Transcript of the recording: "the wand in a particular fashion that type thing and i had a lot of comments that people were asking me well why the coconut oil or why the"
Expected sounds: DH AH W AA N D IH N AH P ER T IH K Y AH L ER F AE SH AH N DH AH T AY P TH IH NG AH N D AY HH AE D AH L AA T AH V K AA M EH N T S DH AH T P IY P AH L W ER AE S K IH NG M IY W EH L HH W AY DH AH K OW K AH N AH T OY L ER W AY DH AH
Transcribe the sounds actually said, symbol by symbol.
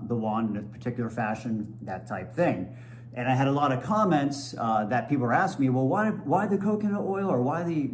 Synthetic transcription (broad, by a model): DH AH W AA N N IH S P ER T IH K Y L ER F AE SH AH N DH AH T AY P TH IH NG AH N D AY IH D AH L AA T AH V K AA M EH N T S DH AH T P IY P L AE S K M IY W EH L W W AY DH AH K OW K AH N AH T OY L ER W AY DH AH